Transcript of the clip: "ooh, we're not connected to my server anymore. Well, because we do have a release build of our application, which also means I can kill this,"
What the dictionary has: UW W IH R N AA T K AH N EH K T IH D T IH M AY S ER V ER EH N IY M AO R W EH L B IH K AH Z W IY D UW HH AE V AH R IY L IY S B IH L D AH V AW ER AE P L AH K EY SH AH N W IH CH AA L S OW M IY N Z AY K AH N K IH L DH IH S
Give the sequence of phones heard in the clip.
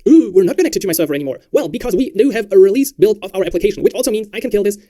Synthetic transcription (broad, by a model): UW W IH R N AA T K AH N EH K T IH D T IH M AY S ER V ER EH N IY M AO R W EH L B IH K AH Z W IY D UW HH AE V AH R IY L IY S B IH L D AH V AW ER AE P L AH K EY SH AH N W IH CH AA L S OW M IY N Z AY K AH N K IH L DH IH S